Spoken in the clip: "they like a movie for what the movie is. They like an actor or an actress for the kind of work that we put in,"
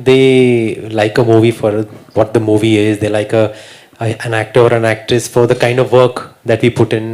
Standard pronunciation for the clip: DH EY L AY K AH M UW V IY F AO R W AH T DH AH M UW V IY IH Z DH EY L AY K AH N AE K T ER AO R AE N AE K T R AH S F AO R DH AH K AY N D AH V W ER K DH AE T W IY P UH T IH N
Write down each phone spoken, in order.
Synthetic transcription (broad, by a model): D EY L AY K AH M UW V IY F AO R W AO T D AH M UW V IY IH Z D EY L AY K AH N AE K T ER AO R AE N AE K T R AH S F AO R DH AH K AY N D AH V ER K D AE T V IY P UH T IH N